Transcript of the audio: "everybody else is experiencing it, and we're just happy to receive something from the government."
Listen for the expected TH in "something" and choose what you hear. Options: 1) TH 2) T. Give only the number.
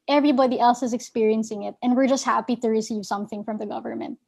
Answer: 1